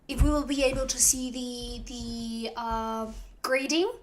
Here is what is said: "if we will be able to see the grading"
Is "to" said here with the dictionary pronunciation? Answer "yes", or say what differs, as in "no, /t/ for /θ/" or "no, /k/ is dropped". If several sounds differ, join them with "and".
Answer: yes